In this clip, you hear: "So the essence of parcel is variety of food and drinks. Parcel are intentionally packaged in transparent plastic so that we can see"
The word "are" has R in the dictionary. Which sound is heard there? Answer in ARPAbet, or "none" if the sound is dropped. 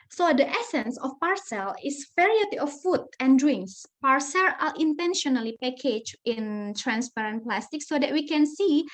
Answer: L